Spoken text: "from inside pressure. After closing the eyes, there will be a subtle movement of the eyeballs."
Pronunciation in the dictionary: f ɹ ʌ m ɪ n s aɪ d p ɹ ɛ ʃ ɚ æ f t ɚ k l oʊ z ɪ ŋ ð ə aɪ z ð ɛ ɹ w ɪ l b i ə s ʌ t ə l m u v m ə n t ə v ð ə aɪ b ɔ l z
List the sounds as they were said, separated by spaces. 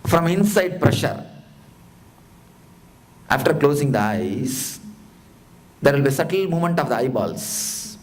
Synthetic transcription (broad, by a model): f ɹ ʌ m ɪ n s aɪ d p ɹ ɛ ʃ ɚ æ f t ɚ k l oʊ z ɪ ŋ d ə aɪ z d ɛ ɹ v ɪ l b i s ʌ t ə l m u m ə n t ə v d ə aɪ b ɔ l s